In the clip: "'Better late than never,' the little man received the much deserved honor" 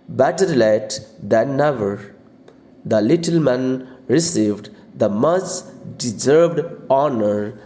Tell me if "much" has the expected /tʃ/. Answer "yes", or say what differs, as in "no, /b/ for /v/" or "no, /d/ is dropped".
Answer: no, /s/ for /tʃ/